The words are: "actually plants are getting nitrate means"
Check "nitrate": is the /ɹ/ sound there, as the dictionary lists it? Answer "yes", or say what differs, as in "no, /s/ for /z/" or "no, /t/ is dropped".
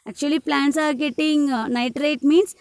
yes